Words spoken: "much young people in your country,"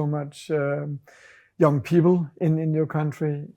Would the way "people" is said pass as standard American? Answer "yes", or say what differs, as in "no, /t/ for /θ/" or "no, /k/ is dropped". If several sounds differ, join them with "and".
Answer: no, /n/ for /l/